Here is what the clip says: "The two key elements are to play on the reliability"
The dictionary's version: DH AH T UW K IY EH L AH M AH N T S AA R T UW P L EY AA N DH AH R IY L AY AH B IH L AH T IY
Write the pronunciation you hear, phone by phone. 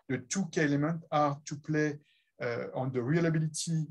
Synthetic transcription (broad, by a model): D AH T UW K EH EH L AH M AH N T AA R T UW P L EY AA N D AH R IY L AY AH B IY L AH T IY